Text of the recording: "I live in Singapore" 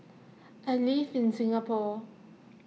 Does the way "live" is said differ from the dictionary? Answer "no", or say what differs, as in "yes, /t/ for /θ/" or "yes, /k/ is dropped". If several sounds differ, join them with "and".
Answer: yes, /f/ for /v/